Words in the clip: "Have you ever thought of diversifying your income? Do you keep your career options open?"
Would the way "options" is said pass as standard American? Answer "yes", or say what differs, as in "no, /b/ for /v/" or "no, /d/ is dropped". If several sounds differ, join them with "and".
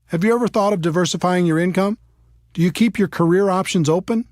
yes